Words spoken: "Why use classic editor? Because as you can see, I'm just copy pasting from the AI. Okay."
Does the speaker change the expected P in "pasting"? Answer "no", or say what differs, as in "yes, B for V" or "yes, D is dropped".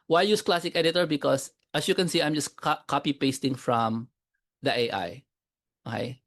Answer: no